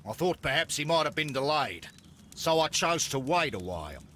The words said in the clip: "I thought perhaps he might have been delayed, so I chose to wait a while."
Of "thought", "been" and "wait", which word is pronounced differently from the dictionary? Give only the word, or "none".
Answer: none